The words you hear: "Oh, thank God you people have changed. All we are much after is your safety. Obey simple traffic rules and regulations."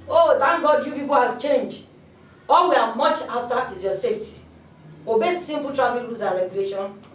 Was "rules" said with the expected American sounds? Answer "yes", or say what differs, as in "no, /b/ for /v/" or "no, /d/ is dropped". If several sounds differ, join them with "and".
no, /l/ is dropped